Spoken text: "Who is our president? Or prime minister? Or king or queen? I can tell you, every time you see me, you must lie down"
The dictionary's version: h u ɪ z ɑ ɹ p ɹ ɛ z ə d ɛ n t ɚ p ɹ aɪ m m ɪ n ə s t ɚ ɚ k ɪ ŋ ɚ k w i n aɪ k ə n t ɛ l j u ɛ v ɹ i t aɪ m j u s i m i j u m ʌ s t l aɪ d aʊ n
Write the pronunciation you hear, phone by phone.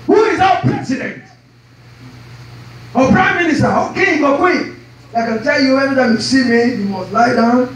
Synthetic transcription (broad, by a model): h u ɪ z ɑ p ɹ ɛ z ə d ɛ n t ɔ p ɹ aɪ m m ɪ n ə s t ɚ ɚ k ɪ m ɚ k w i aɪ k ə n t ɛ l j u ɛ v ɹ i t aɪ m j u s i m i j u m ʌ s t l aɪ d aʊ n